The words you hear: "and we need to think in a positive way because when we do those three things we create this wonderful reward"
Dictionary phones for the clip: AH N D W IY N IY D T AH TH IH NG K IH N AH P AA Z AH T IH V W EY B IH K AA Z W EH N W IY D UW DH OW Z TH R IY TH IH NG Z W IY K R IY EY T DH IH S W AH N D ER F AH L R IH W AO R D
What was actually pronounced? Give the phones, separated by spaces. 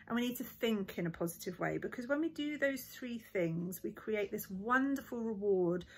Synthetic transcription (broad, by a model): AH N W IY N IY D T AH TH IH NG K IH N AH P AA Z AH T IH V W EY B IH K AA Z W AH N W IY D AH DH OW Z TH R IY TH IH NG Z W IY K R IY EY T DH IH S W AH N D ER F AH L R IH W AO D